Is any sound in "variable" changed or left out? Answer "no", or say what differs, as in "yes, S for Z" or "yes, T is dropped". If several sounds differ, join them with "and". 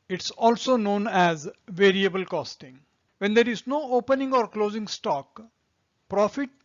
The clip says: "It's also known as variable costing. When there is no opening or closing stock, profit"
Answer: no